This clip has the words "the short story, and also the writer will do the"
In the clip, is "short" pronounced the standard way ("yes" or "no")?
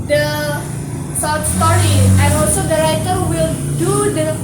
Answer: no